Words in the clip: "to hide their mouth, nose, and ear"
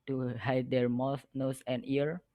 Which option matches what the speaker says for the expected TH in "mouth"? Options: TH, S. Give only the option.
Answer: S